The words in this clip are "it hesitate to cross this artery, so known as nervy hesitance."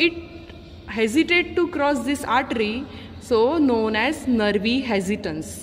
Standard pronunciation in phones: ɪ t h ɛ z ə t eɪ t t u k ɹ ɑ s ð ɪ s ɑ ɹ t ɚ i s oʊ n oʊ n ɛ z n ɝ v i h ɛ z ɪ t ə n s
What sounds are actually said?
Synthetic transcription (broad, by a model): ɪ t h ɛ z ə t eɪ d t u k ɹ ɑ s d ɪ s ɑ ɹ t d i s oʊ n oʊ n ɛ z n ɝ v i h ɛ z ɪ t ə n s